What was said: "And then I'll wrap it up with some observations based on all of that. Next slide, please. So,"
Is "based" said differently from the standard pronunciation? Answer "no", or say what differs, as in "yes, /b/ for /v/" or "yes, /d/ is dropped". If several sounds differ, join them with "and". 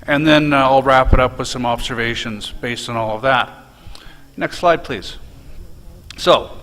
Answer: no